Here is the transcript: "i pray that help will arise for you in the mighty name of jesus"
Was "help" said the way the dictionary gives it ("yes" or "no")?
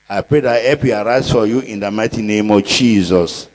no